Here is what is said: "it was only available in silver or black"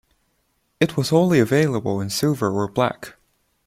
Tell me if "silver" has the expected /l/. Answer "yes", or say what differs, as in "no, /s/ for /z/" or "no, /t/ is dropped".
no, /l/ is dropped